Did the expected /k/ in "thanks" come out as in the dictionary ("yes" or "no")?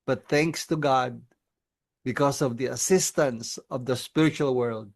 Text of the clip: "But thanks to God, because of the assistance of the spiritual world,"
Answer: yes